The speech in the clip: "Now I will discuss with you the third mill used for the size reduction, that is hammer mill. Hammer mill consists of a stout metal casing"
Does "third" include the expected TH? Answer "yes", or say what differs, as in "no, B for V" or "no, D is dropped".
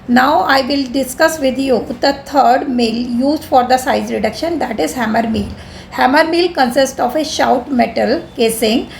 no, T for TH